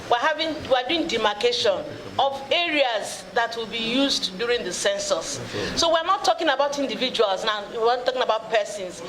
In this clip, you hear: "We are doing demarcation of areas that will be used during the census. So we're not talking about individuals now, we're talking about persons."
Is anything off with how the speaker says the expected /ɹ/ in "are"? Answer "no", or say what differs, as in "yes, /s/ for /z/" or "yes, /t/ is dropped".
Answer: yes, /w/ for /ɹ/